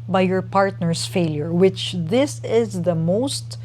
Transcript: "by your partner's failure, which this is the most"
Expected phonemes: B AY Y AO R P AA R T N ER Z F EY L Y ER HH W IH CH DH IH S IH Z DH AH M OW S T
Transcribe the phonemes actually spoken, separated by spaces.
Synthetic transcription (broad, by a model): B AY Y AO R P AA R T N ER S F EY L Y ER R W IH CH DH IH S IH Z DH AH M OW S T